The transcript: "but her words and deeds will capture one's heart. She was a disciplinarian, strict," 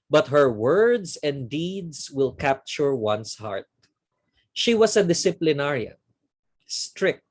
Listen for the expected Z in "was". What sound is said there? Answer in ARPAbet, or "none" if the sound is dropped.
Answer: S